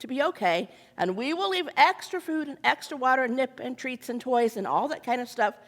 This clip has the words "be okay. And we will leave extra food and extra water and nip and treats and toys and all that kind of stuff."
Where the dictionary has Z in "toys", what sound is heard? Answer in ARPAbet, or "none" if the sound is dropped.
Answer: Z